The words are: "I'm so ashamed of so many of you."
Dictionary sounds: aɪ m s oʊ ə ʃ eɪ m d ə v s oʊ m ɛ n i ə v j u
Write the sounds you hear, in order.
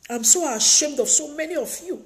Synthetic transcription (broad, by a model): aɪ m s oʊ ə ʃ eɪ m d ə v s oʊ m ɛ n i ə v j u